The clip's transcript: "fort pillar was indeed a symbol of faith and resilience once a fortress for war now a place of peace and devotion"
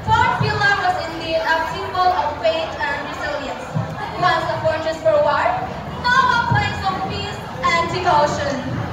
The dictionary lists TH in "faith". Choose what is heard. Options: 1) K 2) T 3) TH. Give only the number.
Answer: 2